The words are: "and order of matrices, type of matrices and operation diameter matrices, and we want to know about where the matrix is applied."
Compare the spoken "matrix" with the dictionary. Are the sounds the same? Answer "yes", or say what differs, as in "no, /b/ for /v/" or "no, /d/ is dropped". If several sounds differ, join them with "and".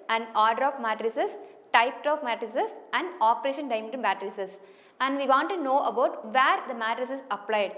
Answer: no, /k/ is dropped